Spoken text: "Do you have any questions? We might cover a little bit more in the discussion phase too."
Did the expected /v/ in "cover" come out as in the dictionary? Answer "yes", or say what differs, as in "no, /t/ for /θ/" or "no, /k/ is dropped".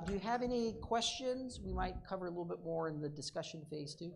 yes